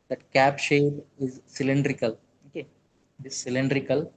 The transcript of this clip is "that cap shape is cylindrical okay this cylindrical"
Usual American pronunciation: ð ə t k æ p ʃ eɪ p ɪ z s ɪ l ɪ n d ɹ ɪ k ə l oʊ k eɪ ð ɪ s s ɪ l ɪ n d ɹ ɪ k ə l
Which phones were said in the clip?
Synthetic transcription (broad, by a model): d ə t k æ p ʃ eɪ b ɪ z s ɪ l ɪ n d ɹ ɪ k ə l oʊ k eɪ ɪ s s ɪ l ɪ n d ɹ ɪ k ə l